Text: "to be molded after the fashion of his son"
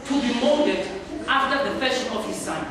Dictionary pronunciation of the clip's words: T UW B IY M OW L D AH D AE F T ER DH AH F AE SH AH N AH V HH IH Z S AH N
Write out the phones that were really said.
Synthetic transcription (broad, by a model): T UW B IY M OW D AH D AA F T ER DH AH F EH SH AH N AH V HH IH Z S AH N